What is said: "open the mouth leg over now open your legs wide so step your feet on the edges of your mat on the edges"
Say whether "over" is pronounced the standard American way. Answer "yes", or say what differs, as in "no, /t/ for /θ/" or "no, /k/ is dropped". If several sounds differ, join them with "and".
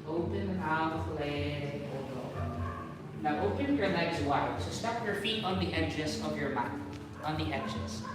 no, /p/ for /v/